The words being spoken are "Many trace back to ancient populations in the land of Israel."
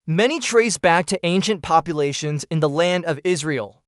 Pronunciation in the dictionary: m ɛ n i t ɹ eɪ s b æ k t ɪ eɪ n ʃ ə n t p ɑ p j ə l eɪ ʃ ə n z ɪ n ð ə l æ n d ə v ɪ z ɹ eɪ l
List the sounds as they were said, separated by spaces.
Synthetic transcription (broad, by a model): m ɛ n i t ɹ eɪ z b æ k t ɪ eɪ n ʃ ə n p ɑ p j ə l eɪ ʃ ə n z ɪ n ð ə l æ n d ə v ɪ z ɹ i l